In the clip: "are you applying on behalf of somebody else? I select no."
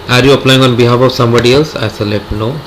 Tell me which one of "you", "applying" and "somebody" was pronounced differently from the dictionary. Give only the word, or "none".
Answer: none